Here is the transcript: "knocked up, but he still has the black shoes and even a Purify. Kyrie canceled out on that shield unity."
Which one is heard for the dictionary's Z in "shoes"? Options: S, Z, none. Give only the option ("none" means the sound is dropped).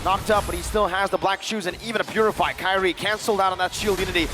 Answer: Z